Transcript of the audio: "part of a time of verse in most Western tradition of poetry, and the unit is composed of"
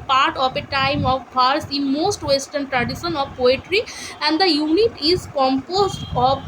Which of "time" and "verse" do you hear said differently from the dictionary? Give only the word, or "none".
verse